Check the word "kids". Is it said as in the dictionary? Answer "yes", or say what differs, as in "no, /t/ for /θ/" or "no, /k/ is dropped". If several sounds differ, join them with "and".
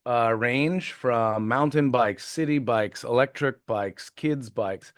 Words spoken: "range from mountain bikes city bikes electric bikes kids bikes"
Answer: yes